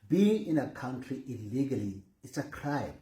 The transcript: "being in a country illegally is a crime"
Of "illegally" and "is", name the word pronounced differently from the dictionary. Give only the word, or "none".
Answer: is